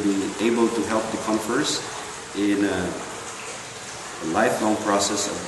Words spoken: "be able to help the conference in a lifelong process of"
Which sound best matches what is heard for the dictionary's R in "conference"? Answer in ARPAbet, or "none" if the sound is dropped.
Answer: none